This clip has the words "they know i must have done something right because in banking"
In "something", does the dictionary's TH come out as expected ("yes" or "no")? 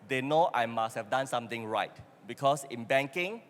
no